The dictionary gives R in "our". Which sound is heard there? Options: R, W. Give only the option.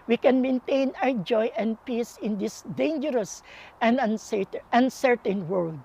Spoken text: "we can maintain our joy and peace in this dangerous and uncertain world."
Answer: W